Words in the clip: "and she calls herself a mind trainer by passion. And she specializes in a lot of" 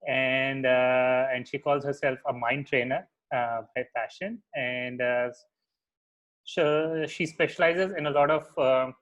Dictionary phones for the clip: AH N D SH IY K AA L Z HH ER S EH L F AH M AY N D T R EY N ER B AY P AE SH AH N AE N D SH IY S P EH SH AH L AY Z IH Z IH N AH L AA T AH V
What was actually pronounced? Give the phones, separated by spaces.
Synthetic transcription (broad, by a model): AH N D SH IY K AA L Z HH ER S EH L F AH M AY N D T R EY N ER B AY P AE SH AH N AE N D SH IY S P EH SH AH L AY Z IH Z IH N AH L AA T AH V